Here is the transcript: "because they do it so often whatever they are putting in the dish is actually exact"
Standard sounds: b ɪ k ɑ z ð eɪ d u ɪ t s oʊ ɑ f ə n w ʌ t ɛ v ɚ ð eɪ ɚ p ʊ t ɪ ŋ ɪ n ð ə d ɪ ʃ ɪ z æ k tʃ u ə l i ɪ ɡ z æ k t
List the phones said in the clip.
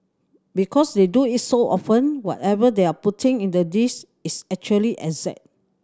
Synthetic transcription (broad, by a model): b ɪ k ɑ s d eɪ d u ɪ t s oʊ ɑ f ə n w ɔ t ɛ v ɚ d eɪ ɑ p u t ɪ ŋ ɪ n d ə d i s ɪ s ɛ k tʃ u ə l i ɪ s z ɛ t